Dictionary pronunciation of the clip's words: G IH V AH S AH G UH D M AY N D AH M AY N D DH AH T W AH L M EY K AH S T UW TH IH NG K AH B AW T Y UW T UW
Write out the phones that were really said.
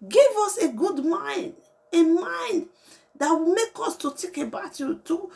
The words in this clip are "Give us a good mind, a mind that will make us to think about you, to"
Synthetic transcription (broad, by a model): G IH V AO S AH G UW D M AY N D AH M AY N D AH T W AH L M EY K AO S T UW T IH K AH B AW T Y UW T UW